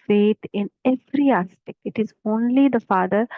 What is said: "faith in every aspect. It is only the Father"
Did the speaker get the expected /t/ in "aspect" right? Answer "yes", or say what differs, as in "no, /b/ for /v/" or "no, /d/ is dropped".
no, /t/ is dropped